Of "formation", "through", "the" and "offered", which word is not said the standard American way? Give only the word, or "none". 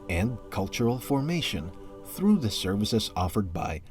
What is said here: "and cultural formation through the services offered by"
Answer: none